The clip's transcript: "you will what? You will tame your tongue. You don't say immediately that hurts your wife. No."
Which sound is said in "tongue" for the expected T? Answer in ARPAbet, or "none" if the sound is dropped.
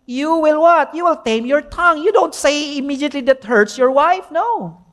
T